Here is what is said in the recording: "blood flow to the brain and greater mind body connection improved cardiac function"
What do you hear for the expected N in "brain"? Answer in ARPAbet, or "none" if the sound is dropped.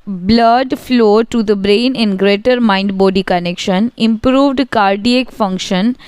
N